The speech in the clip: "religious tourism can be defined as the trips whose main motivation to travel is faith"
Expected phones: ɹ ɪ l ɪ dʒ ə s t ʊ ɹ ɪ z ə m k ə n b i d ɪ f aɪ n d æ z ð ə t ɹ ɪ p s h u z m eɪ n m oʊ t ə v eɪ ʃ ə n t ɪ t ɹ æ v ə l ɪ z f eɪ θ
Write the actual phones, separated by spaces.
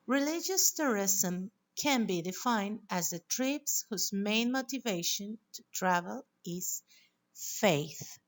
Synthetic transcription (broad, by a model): ɹ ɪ l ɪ dʒ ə s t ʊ ɹ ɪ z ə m k ə n b i d ɪ f aɪ n d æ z ð ə t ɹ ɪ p s h u z m eɪ n m oʊ t ə v eɪ ʃ ə n t ɪ t ɹ æ v ə l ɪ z f eɪ θ